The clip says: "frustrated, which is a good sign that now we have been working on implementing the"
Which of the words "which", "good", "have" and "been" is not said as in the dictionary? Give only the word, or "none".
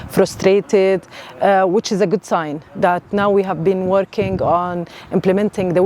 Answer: none